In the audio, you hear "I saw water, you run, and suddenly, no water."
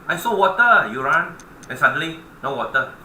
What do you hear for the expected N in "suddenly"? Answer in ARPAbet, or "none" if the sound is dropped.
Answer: none